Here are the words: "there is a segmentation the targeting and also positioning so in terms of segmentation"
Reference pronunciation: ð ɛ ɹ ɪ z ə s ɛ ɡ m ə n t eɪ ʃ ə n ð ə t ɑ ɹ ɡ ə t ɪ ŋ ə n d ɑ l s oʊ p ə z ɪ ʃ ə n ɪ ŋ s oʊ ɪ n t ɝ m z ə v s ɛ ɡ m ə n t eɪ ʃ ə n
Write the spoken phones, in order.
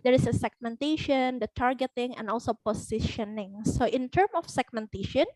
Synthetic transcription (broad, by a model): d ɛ ɹ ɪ s ə s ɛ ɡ m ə n t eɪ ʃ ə n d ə t ɑ ɹ ɡ ə t ɪ ŋ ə n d ɑ l s oʊ p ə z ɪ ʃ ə n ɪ ŋ s oʊ ɪ n t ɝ m ə f s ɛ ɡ m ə n t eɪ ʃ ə n